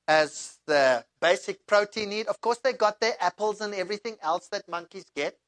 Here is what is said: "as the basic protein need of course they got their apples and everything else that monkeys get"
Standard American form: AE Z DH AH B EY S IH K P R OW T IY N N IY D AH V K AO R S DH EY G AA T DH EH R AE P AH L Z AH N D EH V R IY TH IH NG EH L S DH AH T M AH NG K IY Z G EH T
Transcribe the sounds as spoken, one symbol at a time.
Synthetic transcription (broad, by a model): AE Z DH AH B EY S IH K P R OW T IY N N IY D AH V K AO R S DH EY G AA T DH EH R AE P AH L Z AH N EH V R IY TH IH NG EH L S DH AH T M AH NG K IY Z G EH T